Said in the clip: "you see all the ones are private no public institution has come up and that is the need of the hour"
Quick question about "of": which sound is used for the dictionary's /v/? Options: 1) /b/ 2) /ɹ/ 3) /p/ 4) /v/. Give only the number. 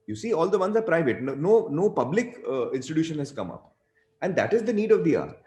4